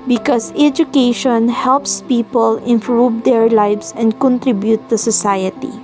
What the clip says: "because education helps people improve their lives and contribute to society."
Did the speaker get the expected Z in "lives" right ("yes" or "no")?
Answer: no